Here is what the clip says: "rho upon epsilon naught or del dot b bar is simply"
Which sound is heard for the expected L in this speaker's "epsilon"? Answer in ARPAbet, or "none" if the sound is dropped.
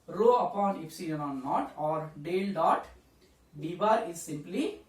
N